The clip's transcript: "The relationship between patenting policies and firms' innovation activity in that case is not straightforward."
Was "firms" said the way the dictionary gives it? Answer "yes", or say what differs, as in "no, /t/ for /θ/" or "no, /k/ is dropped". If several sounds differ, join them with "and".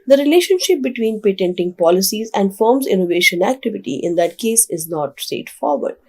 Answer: yes